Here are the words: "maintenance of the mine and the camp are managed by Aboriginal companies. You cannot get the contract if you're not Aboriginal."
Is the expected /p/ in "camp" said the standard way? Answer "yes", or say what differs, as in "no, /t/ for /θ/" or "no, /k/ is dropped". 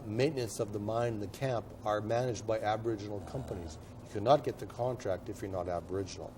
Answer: yes